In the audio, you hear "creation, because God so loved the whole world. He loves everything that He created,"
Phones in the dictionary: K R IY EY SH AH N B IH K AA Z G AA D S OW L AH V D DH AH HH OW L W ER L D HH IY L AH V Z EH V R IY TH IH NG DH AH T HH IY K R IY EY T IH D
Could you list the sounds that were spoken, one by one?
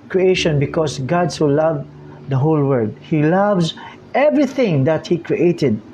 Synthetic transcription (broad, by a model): K R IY EY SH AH N B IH K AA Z G AA D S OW L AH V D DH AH HH OW L W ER D HH IY L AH V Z EH V R IY TH IH NG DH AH T HH IY K R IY EY T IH D